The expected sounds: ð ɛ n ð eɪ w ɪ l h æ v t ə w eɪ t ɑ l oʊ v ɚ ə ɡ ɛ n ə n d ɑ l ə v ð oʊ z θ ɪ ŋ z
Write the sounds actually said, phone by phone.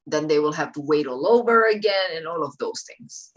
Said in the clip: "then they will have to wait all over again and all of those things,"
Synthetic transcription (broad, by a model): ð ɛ n ð eɪ w ɪ l h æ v t ə w eɪ t ɑ l oʊ v ɚ ə ɡ ɛ n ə n ɑ l ə v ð oʊ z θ ɪ ŋ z